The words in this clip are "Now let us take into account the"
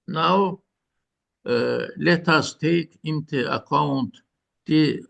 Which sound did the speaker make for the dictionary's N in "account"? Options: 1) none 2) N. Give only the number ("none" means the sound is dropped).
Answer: 2